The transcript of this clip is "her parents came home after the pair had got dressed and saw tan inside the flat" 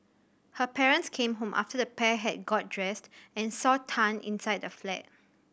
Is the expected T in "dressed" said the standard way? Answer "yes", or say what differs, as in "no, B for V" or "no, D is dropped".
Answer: yes